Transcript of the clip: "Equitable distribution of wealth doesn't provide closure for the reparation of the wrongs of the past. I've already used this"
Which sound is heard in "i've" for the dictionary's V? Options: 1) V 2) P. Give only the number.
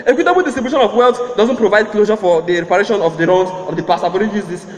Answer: 2